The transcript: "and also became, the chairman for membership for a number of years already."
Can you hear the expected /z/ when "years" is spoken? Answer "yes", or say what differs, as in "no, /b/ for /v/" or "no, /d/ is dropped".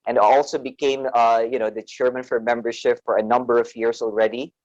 no, /s/ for /z/